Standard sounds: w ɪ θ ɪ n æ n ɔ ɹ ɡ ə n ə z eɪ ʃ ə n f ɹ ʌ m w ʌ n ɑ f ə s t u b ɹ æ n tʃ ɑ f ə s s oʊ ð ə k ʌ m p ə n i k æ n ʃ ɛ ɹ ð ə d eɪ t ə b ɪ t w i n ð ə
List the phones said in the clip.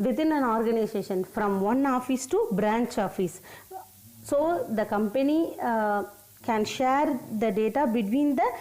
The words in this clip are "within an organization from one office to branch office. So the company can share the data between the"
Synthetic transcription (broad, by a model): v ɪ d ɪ n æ n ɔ ɹ ɡ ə n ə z eɪ ʃ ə n f ɹ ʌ m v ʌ n ɑ f ə s t u b ɹ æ n tʃ ɑ f ə s s oʊ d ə k ʌ m p ə n i k æ n ʃ ɛ ɹ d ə d eɪ t ə b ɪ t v i n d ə